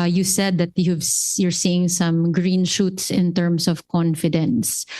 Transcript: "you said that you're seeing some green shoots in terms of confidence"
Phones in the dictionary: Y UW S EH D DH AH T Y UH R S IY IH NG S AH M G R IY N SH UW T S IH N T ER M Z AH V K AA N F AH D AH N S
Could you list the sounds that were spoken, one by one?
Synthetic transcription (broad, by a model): Y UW S EH D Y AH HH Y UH R S IY IH NG S AH M G R IY N SH UW T S IH N T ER M S AH V K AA N F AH D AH N S